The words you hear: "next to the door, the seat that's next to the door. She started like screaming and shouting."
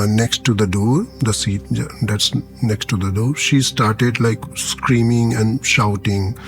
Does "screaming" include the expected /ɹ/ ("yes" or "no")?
yes